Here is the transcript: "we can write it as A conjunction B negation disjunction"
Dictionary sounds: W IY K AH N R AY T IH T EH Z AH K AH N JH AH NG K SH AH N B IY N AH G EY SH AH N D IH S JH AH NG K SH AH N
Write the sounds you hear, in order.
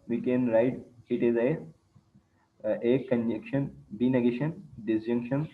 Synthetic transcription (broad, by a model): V IY K AH N R AY T IH T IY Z AH K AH N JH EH K SH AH N B IY N AH G EY SH AH N D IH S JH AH NG K SH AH N